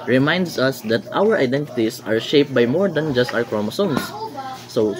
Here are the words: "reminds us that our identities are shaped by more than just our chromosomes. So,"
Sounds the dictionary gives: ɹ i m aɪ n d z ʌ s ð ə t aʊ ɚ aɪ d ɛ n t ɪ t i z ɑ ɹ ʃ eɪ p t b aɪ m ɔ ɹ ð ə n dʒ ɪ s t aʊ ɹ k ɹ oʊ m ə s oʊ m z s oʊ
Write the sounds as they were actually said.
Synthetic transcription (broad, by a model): ɹ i m aɪ n d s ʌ s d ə t aʊ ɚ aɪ d ɛ n t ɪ t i s ɑ ɹ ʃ eɪ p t b aɪ m ɔ ɹ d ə n dʒ ɪ s t aʊ ɹ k ɹ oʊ m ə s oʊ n s oʊ